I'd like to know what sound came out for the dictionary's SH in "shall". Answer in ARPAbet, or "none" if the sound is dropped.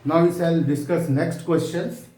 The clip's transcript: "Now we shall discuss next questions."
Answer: S